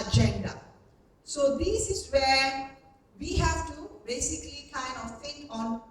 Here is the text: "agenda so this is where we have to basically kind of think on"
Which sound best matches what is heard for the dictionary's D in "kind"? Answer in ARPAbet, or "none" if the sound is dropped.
none